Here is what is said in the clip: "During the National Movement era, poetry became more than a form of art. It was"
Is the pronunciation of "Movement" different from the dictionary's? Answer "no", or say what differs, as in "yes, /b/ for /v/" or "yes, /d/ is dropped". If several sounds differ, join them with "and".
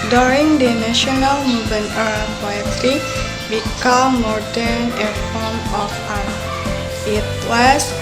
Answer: yes, /t/ is dropped